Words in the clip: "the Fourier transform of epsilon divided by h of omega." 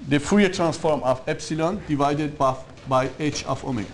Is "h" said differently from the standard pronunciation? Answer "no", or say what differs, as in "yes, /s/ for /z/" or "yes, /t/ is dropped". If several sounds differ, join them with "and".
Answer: no